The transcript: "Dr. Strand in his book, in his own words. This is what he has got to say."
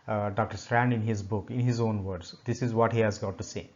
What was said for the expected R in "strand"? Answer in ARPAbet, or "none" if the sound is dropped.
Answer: R